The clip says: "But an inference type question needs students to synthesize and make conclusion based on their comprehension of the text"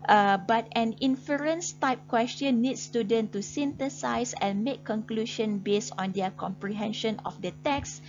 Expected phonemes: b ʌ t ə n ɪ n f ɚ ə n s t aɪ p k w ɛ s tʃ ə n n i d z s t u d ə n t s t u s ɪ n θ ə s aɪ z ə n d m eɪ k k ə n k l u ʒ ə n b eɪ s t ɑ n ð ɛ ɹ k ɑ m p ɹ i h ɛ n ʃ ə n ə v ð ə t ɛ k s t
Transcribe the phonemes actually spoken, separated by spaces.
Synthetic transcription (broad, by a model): b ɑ t ə n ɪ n f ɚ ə n s t aɪ p k w ɛ s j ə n n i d s t u d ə n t t u s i n t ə s aɪ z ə n m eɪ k k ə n k l u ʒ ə n b eɪ s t ɑ n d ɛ k ɑ m p ɹ i h ɛ n ʃ ə n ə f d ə t ɛ k s